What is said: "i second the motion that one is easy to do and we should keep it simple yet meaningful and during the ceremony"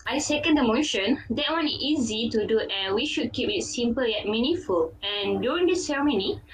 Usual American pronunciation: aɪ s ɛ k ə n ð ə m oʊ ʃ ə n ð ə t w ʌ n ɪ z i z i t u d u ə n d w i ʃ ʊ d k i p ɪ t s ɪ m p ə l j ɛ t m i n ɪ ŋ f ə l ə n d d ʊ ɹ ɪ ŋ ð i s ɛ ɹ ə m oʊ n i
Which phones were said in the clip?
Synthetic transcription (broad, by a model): aɪ s ɛ k ə n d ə m oʊ ʃ ə n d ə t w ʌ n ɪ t i z i t u d u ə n w i ʃ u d k i p ɪ t s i m p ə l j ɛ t m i n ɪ f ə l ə n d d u ɹ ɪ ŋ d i s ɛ ɹ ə m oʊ n i